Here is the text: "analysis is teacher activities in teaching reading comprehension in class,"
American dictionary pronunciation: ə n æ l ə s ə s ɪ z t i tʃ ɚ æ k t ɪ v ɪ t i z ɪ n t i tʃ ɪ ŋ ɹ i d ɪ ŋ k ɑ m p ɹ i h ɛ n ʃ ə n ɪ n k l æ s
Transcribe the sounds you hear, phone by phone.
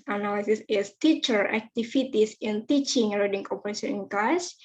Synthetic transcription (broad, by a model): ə n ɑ l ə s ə s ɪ s t i tʃ ɚ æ k t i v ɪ t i s ɪ n t i tʃ ɪ ŋ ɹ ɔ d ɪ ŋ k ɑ p i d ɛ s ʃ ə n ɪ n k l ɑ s